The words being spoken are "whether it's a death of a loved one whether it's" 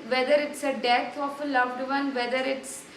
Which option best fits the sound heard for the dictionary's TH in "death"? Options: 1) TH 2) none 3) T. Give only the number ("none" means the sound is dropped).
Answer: 3